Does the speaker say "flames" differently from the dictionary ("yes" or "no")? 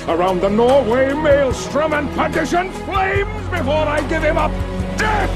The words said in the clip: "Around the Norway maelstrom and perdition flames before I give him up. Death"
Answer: no